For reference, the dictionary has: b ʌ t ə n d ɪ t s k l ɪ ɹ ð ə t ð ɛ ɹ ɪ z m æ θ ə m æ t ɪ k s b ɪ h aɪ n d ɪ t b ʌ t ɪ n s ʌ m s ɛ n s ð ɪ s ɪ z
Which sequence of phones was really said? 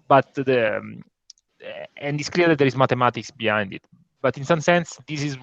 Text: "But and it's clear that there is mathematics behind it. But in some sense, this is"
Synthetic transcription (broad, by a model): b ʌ t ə n d ɪ t s k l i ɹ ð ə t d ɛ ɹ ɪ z m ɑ t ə m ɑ t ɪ k s b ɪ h aɪ n d ɪ t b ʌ t ɪ n s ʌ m s ɛ n s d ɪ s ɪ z